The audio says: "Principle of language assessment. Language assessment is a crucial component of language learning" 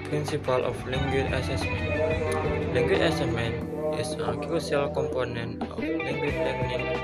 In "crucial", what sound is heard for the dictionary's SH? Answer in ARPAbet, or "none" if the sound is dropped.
S